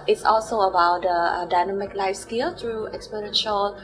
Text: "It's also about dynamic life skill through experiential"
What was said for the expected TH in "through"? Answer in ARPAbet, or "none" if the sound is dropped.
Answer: T